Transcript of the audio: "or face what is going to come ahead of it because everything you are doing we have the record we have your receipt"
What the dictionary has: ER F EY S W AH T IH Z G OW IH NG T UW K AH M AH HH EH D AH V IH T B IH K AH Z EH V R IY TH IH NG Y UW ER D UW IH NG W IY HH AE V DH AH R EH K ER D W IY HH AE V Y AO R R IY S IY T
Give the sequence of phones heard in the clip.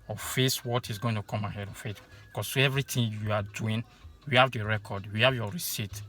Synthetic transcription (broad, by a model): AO F EY S W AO T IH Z G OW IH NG T UW K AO M AH HH EH D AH F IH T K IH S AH EH V R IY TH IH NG Y UW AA D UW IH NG W IY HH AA V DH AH R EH K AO D W IY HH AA V Y AO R R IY S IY T